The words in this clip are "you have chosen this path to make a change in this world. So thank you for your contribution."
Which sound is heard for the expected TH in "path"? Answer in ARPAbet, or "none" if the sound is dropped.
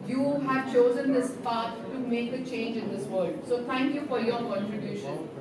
T